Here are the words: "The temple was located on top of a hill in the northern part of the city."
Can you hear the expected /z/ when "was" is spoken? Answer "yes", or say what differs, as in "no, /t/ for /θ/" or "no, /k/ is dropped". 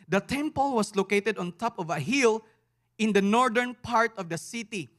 no, /s/ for /z/